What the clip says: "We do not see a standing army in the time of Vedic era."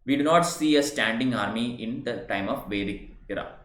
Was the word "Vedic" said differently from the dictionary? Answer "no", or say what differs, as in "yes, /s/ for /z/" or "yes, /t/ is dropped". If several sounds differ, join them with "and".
no